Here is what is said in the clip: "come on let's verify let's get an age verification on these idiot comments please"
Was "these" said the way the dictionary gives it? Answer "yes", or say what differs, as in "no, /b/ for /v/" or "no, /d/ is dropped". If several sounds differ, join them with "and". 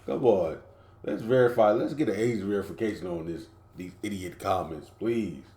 yes